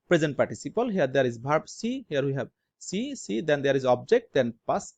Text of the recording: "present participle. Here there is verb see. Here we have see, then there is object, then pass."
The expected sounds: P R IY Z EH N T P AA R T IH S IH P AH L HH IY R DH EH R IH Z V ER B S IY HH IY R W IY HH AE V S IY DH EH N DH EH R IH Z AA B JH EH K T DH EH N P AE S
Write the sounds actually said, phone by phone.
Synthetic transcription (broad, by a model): P R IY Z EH N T P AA R T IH S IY P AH L HH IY R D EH R IH Z B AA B S IY HH IY R W IY HH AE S S IY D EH N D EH R IH Z AA B JH EH K T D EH N P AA S